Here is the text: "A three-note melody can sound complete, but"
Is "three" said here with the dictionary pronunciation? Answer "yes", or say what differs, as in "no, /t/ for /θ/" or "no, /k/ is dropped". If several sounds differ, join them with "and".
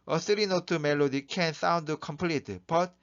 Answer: no, /s/ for /θ/